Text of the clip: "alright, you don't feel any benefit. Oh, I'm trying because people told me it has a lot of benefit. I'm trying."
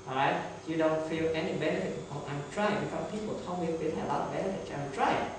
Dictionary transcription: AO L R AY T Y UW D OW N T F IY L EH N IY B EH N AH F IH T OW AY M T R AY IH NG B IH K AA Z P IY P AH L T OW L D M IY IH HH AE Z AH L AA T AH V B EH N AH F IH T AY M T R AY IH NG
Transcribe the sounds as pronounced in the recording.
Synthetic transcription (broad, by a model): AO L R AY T Y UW D OW N T F IY L EH N IY B EH N AH F IH T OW AY M T R AY IH NG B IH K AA P IY P AH L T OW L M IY IH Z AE AH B AA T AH B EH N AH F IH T AY M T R AY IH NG